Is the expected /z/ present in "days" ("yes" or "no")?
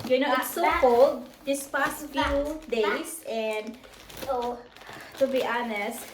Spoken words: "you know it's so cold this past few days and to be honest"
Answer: no